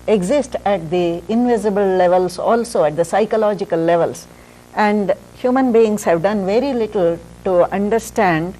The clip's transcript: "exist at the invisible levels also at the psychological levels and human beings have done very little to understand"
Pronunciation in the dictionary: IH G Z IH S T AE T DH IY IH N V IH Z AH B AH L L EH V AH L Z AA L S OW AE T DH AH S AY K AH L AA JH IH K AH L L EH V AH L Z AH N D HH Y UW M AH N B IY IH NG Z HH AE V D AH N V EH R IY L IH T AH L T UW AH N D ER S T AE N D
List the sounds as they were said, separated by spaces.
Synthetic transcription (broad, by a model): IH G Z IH S T AE T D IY IH N V IH Z AH B AH L L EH V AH L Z AA L S OW AE T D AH S AY K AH L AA JH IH K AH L L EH V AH L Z AH N D HH Y UW M AH N B IY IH NG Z HH AE V D AH N V EH R IY L IH T AH L T UW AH N D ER S T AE N D